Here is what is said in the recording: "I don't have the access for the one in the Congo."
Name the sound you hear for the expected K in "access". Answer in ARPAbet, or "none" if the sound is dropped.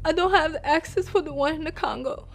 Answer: K